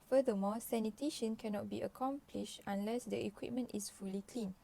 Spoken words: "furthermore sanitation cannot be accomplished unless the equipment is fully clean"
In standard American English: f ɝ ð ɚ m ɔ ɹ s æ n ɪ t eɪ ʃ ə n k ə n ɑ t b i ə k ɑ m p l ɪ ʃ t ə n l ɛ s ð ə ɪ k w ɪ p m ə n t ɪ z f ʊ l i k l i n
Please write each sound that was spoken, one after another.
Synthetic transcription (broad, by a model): f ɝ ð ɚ m ɔ s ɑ n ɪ t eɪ ʃ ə n k ə n ɑ t b i ə k ɑ m p l ɪ ʃ t ə n l ɛ s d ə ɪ k w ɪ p m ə n t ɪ s f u l i k l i n